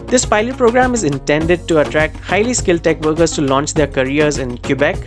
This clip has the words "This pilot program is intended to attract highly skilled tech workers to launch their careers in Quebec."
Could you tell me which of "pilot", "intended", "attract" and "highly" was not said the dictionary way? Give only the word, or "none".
none